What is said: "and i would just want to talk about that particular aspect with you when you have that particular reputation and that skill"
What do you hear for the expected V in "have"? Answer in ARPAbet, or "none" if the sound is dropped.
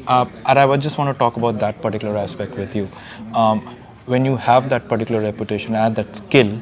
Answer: V